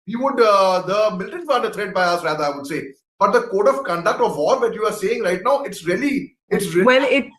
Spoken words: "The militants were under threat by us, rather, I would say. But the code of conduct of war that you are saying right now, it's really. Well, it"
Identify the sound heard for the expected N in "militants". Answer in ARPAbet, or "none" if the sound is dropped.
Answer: L